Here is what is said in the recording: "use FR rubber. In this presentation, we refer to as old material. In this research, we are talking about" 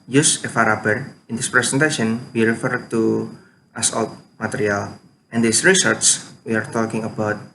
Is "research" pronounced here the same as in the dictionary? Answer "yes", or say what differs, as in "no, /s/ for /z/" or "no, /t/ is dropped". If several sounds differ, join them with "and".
no, /s/ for /tʃ/